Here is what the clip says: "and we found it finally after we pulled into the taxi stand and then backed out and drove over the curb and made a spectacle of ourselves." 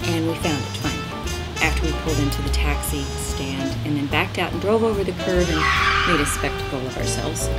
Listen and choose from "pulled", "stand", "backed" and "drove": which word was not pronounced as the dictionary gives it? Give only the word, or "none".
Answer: none